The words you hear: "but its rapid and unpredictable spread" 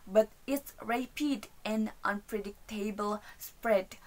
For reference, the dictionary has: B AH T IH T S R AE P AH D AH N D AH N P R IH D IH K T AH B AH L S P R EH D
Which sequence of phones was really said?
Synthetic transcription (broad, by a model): B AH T IH T S R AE P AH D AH N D AH N P R IH D IH K T AH B AH L S P R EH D